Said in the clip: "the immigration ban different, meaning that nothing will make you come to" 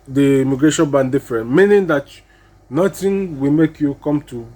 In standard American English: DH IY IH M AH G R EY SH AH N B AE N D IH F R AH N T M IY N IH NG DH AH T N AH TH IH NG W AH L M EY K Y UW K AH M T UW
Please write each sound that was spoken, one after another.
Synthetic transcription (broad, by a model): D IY M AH G R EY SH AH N B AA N D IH F R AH N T M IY N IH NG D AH T N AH T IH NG W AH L M EY K Y UW K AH M T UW